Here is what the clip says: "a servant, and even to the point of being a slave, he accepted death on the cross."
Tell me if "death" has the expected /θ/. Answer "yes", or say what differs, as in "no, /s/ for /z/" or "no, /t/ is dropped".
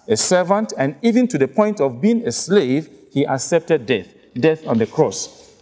yes